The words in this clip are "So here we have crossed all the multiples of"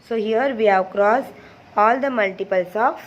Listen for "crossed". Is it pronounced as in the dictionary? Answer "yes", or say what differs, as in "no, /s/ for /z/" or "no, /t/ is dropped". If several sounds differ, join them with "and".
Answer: no, /t/ is dropped